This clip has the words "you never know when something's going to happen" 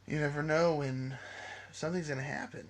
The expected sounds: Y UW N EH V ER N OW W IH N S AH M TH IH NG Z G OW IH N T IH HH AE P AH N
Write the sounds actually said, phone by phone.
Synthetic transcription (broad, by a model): Y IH N EH V ER N OW W IH N S AH M TH IH NG Z G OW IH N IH HH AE P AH N